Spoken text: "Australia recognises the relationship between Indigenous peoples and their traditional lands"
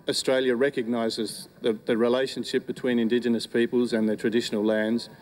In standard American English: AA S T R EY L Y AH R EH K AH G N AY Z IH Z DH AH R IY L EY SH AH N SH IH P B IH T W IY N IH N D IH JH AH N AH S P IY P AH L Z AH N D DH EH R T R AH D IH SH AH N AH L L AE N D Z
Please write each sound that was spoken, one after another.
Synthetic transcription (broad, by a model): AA S T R EY L Y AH R EH K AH G N AY Z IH Z DH AH R IY L EY SH AH N SH IH P B IH T W IY N IH N D IH JH AH N AH S P IY P AH L Z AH N DH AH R T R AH D IH SH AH N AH L L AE N D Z